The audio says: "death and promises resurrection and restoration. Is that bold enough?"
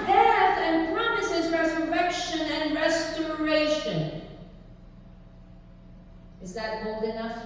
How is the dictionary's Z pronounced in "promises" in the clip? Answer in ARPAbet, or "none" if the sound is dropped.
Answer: Z